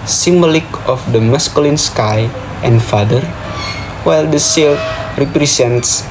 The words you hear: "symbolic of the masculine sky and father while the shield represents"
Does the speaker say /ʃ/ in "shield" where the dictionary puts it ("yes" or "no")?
no